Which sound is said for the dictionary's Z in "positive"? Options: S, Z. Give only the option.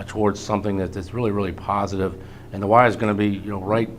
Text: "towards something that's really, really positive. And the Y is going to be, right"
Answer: Z